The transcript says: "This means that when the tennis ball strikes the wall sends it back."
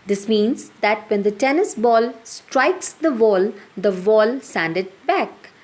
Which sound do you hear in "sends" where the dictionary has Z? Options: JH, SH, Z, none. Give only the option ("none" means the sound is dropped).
none